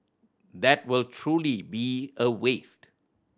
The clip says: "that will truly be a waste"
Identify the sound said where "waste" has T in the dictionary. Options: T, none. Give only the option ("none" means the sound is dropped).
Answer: T